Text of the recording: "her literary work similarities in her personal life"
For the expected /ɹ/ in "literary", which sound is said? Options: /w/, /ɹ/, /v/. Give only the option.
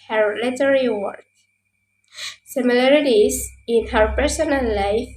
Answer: /w/